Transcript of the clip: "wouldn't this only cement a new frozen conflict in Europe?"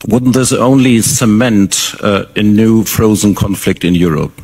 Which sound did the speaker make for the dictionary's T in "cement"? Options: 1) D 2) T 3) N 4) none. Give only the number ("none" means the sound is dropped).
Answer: 2